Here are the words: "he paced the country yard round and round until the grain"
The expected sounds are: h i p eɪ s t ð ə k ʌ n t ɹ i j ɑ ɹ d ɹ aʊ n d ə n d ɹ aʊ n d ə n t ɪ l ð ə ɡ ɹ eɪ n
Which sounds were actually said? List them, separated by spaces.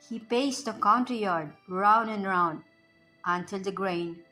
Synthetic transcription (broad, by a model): h i p eɪ s t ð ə k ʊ n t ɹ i j ɑ ɹ d ɹ aʊ n d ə n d ɹ aʊ n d ə n t ɪ l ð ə ɡ ɹ eɪ n